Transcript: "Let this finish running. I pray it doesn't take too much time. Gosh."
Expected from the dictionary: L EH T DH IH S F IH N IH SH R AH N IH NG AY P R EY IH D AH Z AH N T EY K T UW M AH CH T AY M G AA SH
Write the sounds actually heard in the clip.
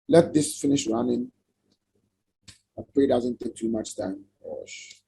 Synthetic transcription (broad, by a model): L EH T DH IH S F IH N IH SH R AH N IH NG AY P EY IH D AH Z AH N T EY K T UW M AH CH T AY M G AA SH